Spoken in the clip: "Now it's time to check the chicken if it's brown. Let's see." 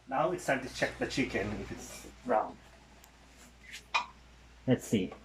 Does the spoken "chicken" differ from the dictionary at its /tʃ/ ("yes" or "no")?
no